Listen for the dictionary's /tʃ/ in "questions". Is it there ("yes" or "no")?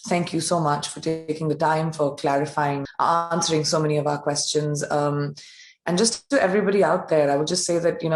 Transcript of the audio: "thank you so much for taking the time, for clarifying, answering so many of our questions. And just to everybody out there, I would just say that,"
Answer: yes